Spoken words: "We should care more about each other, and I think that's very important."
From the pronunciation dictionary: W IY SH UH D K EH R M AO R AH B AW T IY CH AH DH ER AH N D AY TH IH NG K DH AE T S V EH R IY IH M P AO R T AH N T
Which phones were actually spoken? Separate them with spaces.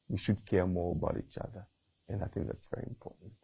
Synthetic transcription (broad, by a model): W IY SH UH D K EH R M AO R AH B AW T IY CH AH DH ER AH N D AY TH IH NG K DH AE T S V EH R IY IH M P AO R T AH N T